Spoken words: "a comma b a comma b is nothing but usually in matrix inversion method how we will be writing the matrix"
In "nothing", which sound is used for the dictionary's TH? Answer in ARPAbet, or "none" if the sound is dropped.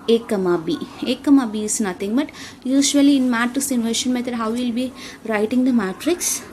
T